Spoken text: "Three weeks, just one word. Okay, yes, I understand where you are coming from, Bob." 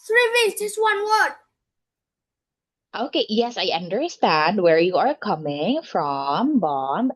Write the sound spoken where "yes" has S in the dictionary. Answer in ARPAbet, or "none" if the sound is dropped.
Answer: S